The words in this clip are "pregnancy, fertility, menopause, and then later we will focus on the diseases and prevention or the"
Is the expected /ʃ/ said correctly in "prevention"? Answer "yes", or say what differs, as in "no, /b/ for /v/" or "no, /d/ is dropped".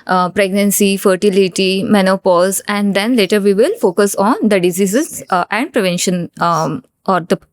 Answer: yes